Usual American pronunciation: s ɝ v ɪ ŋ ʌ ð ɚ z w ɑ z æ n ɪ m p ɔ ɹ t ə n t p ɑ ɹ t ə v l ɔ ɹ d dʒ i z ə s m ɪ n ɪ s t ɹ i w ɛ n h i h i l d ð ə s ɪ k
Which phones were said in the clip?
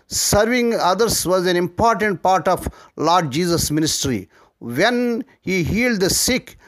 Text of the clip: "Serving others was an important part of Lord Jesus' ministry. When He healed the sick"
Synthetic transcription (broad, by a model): s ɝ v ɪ ŋ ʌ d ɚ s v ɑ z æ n ɪ m p ɔ ɹ t ə n t p ɑ ɹ t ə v l ɔ ɹ d dʒ i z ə s m ɪ n ɪ s t ɹ i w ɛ n h i h i l d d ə s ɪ k